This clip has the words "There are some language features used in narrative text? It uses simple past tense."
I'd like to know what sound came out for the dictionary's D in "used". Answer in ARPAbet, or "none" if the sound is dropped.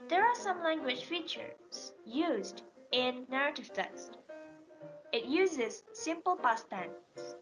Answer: D